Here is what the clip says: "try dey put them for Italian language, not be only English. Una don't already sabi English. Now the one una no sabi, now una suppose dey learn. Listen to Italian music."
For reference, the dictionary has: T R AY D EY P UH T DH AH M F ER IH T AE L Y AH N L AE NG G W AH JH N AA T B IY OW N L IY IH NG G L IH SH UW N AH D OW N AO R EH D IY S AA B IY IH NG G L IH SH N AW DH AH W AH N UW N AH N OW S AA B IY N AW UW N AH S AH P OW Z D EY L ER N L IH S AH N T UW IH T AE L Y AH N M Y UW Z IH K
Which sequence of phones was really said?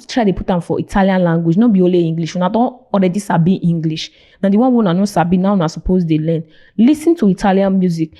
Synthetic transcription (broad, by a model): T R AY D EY P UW T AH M F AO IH T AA L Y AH N L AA NG G W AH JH N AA B IY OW L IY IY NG G L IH SH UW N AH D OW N AO R EH D IY S AA B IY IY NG G L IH SH N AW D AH W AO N UW N AH N OW S AA B IY N AW UW N AH S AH P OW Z D EY L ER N L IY S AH N T UW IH T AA L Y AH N M Y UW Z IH K